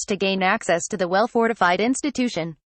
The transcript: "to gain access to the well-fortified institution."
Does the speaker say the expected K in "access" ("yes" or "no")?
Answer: yes